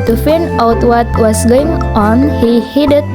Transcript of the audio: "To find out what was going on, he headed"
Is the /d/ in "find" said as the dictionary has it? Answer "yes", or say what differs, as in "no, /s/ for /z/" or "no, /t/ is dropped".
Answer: no, /d/ is dropped